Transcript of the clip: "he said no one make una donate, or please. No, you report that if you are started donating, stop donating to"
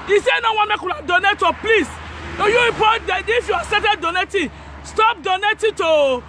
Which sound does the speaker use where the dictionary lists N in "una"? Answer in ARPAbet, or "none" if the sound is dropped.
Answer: L